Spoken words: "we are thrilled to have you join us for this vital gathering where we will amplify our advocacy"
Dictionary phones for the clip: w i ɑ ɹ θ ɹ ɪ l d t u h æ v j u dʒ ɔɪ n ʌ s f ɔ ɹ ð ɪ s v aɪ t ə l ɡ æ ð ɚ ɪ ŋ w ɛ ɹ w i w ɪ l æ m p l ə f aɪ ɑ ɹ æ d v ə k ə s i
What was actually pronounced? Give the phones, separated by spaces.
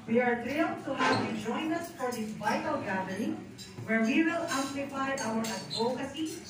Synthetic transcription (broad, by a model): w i ɑ ɹ t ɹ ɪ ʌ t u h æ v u dʒ ɔɪ n ʌ s f ɔ ɹ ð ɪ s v aɪ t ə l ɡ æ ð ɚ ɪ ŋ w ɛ ɹ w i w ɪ l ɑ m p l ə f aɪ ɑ w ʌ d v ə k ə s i